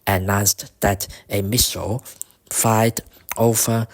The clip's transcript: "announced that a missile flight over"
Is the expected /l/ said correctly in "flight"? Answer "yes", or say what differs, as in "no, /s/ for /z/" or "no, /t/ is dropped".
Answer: no, /l/ is dropped